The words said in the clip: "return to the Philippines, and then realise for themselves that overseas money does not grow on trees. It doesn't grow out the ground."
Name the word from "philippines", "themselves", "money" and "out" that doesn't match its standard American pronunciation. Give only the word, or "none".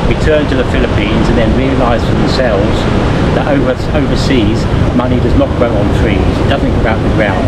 none